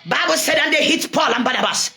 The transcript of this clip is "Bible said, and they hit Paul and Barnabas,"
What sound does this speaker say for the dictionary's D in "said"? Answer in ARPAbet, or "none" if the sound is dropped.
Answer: D